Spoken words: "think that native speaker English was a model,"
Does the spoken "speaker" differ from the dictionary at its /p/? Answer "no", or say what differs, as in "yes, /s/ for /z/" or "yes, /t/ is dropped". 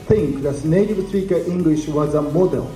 yes, /p/ is dropped